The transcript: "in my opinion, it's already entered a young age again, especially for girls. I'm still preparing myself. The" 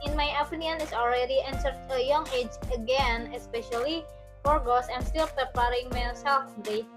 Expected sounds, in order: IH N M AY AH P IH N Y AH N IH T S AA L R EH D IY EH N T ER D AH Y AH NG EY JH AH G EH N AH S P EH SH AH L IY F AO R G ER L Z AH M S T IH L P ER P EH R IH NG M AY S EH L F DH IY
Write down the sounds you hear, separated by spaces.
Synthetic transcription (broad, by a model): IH N M AY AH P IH N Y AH N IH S AA L R EH D IY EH N S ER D AH Y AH NG EY JH AH G EH N AH S P EH SH AH L IY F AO R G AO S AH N S T IH L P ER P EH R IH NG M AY S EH L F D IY